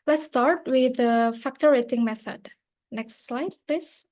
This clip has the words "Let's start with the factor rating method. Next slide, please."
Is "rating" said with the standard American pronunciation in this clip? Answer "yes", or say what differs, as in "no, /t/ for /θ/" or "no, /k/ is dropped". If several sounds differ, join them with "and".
yes